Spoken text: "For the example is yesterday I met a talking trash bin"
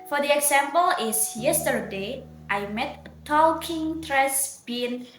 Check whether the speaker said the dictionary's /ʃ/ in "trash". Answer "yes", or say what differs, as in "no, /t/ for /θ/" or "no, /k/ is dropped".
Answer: no, /s/ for /ʃ/